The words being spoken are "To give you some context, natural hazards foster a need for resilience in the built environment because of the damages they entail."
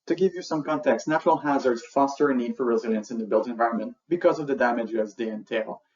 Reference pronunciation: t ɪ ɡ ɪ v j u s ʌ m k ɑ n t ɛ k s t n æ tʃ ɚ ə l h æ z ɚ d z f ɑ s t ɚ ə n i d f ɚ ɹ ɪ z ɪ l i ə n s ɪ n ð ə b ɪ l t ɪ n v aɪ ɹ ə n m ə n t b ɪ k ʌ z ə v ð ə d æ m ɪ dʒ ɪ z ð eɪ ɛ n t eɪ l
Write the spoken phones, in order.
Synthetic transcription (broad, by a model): t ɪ ɡ ɪ v j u s ʌ m k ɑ n t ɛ k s n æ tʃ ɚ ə l h æ z ɚ d z f ɑ s t ɚ ə n i d f ɚ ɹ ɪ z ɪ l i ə n s ɪ n ð ə b ɪ l t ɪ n v aɪ ɹ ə n m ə n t b ɪ k ʌ z ə v ð ə d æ m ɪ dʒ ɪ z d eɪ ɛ n t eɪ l